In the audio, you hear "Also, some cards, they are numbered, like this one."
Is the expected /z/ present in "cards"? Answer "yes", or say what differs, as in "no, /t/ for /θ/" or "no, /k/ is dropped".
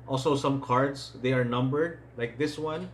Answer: no, /s/ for /z/